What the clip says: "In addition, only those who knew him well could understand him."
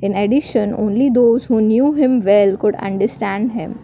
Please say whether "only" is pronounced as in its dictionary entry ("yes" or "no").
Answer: yes